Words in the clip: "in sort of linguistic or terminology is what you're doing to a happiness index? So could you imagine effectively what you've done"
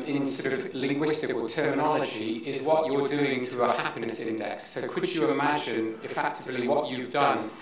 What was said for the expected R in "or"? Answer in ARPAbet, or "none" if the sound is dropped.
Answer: L